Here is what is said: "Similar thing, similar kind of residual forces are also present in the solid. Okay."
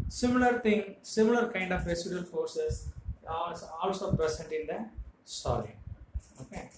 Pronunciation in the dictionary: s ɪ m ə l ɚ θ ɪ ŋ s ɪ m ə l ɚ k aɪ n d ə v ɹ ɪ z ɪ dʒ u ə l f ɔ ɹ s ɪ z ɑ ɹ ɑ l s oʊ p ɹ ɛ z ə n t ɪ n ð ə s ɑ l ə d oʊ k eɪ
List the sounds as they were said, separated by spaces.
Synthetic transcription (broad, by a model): s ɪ m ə l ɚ t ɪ ŋ s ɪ m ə l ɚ k aɪ n d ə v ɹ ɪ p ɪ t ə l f ɔ ɹ s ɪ s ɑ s ɑ l s oʊ p ɹ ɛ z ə n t ɪ n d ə s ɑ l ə oʊ k eɪ